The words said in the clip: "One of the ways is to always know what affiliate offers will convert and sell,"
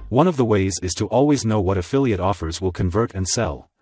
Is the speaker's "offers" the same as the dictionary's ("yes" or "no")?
yes